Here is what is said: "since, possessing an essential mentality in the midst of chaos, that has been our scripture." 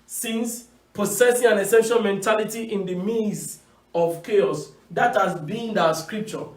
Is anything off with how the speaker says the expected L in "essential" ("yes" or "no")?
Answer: yes